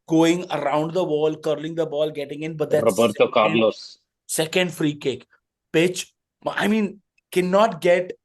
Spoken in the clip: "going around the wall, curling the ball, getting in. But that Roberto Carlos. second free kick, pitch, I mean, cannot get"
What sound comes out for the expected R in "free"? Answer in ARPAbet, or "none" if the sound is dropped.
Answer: R